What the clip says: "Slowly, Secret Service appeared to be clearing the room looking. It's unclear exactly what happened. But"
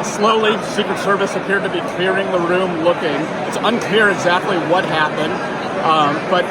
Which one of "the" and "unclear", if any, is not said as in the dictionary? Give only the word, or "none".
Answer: none